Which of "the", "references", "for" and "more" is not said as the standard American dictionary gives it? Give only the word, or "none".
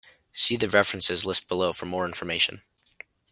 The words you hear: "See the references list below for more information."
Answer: none